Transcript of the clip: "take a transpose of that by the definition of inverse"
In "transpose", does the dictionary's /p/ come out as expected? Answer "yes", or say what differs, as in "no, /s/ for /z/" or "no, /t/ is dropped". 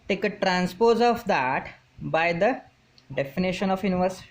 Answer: yes